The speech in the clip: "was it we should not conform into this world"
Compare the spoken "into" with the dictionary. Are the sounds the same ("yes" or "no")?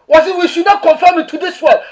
no